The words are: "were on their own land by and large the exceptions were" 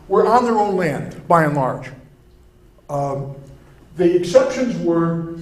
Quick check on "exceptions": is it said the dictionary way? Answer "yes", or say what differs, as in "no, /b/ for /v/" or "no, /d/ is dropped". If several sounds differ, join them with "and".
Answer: yes